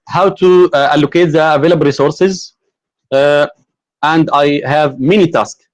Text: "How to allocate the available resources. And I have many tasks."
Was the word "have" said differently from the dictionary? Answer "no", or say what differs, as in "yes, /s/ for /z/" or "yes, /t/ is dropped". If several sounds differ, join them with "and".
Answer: no